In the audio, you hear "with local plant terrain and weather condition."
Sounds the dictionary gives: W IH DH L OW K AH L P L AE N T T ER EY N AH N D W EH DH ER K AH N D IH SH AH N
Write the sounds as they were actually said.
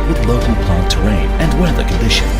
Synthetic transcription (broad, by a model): W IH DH L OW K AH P AA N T T ER EY N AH N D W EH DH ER K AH N D IH SH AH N